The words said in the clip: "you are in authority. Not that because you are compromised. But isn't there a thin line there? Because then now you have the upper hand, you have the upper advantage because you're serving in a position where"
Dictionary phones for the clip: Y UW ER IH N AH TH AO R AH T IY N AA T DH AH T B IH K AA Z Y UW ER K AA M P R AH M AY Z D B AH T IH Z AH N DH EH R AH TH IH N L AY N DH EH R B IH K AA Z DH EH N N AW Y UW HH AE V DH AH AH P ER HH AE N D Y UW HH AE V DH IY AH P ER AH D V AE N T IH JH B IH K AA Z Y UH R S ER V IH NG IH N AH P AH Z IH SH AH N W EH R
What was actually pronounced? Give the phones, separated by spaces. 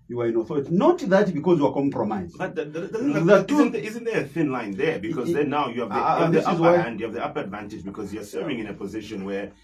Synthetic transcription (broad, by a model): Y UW ER IH N AH TH AO R AH T IY N AA T DH AH T B IH K AA Z Y UW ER K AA M P R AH M AY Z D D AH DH IH Z AH N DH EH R AH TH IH N L AY N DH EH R B IH K AA Z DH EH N N AW Y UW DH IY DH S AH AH AA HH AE N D Y UW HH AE V DH IY AH P ER AH D V AE N T IH JH B IH K AA Z Y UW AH S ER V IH NG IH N AH P AH Z IH SH AH N W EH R